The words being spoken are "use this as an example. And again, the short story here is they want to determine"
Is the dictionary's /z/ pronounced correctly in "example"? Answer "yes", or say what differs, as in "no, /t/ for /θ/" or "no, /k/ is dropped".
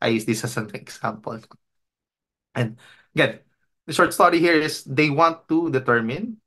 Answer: no, /s/ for /z/